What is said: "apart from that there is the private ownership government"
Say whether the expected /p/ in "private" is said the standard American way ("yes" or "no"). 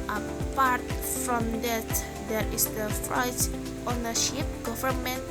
no